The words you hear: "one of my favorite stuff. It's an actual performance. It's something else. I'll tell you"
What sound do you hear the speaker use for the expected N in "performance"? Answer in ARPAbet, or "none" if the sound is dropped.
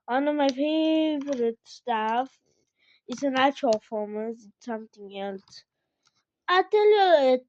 none